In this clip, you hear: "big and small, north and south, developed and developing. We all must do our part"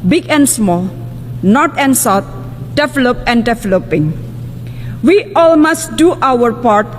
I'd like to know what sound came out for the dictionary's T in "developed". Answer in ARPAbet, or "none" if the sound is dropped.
none